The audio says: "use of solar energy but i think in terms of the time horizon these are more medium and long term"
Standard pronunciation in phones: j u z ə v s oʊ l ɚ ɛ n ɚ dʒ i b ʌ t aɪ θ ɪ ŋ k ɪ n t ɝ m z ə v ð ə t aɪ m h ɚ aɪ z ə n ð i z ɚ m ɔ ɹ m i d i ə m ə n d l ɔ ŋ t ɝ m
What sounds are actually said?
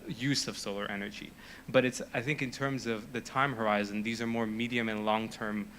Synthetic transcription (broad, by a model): j u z ə v s oʊ l ɚ ɛ n ɚ dʒ i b ʌ t aɪ θ ɪ ŋ k ɪ n t ɝ m z ə v ð ə t aɪ m h ɚ aɪ z ə n ð i z ɚ m ɔ ɹ m i d i ə m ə n l ɔ ŋ t ɝ m